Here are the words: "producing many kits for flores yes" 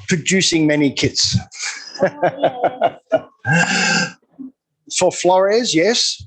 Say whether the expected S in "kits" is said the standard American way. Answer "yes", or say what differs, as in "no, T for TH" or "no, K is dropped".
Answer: yes